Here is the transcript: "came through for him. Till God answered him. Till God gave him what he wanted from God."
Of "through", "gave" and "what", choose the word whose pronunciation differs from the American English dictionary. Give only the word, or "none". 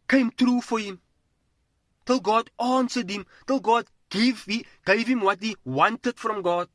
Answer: through